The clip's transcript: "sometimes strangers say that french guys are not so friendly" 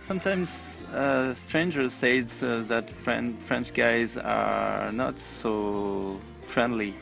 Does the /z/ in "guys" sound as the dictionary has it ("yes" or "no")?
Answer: yes